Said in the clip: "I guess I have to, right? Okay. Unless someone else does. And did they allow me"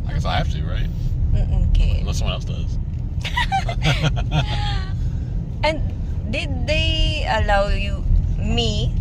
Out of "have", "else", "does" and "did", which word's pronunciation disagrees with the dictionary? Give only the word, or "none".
have